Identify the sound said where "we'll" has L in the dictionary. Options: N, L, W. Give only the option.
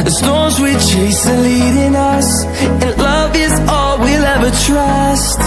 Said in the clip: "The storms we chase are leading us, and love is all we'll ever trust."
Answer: L